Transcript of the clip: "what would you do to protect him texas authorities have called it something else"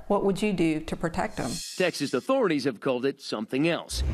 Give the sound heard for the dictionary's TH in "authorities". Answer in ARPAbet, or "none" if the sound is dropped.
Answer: TH